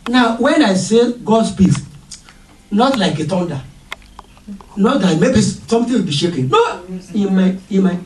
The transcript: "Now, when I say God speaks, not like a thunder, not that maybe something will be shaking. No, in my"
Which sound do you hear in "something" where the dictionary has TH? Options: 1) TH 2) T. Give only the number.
2